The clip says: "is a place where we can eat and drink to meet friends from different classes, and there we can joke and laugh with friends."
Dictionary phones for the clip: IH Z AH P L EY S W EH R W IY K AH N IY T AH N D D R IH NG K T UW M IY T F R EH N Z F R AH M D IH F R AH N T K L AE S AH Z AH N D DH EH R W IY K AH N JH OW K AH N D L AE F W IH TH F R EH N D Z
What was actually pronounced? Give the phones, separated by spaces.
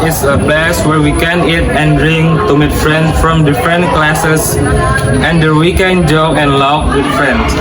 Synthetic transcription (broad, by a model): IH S AH P L EY S W EH R W IY K AH N IY T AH N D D R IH NG T UW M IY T F R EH N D F R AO M D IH F R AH N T K L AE S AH S AH N D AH W IY K AH N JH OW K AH N L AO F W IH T F R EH N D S